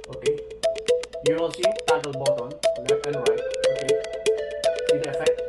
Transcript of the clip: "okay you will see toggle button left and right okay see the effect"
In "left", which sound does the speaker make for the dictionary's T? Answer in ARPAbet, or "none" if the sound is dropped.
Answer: none